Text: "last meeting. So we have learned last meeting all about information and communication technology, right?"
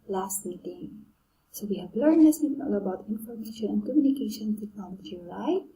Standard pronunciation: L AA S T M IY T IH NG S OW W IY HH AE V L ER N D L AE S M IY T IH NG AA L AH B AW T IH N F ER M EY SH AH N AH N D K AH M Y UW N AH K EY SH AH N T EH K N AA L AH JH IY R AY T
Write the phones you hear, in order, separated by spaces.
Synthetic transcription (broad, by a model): L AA S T M IY T IH NG S OW W IY HH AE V L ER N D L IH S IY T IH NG AA L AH B AW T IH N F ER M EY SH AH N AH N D K AH M Y UW N AH K EY SH AH N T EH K AA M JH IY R AY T